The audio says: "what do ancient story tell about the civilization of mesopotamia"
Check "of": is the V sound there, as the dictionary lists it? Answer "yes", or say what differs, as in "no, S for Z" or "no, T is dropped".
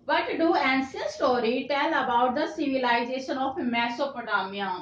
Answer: no, P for V